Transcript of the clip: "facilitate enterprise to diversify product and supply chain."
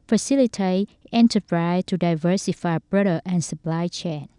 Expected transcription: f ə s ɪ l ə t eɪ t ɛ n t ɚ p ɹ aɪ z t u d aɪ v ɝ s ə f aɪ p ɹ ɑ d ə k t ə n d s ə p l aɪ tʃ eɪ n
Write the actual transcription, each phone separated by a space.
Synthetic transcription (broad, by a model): f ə s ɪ l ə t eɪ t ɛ n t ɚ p ɹ aɪ s t u d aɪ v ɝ s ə f aɪ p ɹ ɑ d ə t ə n s ə p l aɪ tʃ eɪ n